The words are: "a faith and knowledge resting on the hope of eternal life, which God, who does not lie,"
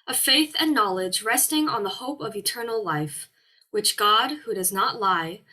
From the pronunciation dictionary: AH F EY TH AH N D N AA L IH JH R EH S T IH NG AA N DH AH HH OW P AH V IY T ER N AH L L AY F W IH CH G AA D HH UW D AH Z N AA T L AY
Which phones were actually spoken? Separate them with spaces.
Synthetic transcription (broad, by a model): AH F EY TH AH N N AA L IH JH R EH S T IH NG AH N DH AH HH OW P AH V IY T ER N L L AY F W IH CH G AA D HH UW D AH Z N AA T L AY